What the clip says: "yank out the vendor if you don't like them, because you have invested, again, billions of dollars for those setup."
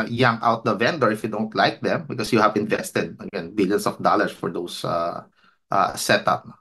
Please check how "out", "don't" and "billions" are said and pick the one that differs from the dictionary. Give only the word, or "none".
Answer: billions